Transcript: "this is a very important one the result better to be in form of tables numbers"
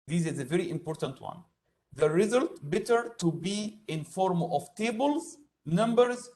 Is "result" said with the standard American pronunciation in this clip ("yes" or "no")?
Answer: yes